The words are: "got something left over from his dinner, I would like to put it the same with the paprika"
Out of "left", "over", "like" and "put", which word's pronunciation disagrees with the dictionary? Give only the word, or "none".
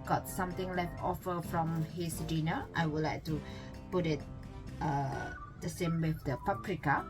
over